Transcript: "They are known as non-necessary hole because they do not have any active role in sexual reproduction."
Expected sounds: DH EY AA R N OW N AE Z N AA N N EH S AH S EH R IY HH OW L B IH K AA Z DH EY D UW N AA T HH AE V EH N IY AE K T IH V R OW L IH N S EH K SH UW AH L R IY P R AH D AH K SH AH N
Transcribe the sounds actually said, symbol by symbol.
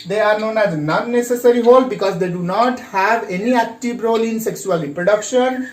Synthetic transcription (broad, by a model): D EY AA R N OW N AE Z N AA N N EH S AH S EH R IY HH OW L B IH K AA Z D EY D UW N AA T HH AE V EH N IY AE K T IH V R OW L IH N S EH K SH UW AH L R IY P R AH D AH K SH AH N